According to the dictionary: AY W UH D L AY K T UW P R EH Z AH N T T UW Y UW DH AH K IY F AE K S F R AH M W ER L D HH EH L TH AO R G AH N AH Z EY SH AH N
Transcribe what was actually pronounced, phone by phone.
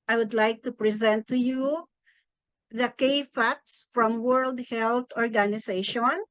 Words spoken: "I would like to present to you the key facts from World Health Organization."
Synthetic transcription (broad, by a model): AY W UH D L AY K T UW P R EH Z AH N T T UW Y UW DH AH K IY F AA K S F R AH M W ER L D HH EH L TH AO R G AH N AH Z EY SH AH N